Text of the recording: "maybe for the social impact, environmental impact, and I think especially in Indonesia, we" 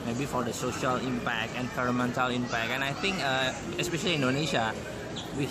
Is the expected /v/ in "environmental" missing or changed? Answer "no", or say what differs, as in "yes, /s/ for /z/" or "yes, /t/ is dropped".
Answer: yes, /f/ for /v/